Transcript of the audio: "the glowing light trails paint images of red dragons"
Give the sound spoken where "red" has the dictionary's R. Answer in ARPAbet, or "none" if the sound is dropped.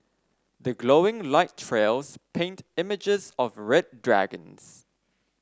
R